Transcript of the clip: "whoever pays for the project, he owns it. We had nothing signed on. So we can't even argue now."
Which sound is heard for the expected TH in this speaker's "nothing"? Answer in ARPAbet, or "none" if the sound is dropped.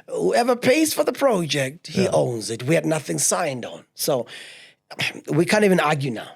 TH